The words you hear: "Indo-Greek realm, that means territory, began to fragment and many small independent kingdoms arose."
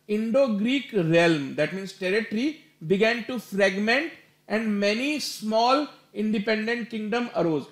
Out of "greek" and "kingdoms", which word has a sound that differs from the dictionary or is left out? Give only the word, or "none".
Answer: kingdoms